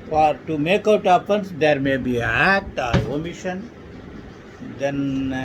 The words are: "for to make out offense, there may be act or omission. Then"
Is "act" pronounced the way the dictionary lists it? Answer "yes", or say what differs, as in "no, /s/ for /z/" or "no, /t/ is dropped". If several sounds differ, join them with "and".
no, /k/ is dropped